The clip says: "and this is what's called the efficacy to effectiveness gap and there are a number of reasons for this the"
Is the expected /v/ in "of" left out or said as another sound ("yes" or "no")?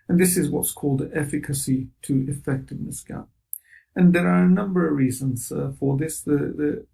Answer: no